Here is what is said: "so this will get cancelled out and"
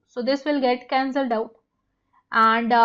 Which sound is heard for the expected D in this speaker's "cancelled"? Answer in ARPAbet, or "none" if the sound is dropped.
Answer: D